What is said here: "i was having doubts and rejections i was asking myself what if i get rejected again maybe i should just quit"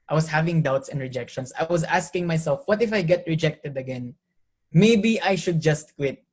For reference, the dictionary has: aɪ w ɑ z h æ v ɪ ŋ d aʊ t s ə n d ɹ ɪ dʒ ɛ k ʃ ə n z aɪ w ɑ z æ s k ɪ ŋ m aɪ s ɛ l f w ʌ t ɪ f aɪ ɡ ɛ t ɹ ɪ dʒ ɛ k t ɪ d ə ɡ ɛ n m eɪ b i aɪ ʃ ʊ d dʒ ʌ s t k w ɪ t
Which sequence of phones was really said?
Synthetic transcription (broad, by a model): aɪ w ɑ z h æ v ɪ ŋ d aʊ t s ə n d ɹ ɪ dʒ ɛ k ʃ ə n s aɪ w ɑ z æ s k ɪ ŋ m aɪ s ɛ l f w ʌ t ɪ f aɪ ɡ ɛ t ɹ ɪ dʒ ɛ k t ɪ d ə ɡ ɛ n m eɪ b i aɪ ʃ ʊ d dʒ ʌ s t k w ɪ t